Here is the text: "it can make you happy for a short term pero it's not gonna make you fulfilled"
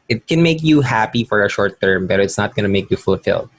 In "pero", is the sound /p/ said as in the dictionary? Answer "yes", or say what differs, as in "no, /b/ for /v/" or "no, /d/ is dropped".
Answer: no, /b/ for /p/